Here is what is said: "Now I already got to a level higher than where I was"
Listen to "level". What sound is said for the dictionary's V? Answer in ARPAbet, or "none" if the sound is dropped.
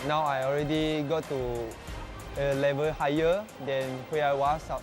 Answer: V